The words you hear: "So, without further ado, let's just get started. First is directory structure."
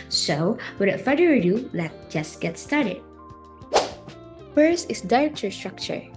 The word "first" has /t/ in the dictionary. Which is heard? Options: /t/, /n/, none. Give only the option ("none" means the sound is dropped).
none